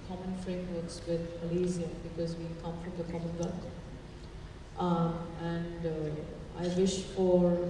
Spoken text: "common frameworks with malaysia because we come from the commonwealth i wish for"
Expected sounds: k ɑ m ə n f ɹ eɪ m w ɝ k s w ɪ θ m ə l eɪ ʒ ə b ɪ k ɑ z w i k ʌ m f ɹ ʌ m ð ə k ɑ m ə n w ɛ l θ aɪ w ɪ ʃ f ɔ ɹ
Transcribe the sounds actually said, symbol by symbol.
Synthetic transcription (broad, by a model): k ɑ m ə n f ɹ eɪ m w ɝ k s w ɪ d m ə l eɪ z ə b ɪ k ɑ z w i k ʌ m f ɹ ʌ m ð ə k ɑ m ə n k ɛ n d aɪ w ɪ ʃ f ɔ ɹ